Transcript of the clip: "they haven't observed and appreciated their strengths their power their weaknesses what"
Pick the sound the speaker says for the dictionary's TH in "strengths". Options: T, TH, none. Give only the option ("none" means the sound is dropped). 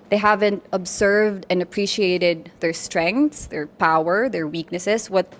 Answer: T